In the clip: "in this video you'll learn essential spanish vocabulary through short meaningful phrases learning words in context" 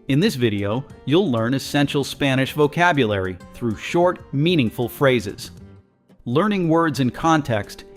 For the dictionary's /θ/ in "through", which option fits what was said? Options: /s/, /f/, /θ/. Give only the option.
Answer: /θ/